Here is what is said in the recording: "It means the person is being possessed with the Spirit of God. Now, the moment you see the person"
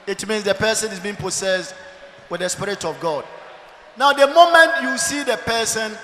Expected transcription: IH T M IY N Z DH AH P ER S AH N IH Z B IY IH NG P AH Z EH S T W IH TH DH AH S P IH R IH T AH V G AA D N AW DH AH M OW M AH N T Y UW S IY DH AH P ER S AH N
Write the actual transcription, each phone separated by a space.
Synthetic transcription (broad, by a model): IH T M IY N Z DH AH P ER S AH N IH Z B IY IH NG P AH S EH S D W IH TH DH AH S P IH R IH T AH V G AA D N AW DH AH M OW M AH N T Y UW S IY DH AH P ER S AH N